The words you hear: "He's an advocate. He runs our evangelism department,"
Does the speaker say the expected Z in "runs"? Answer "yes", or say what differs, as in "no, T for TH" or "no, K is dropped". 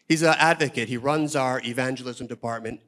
yes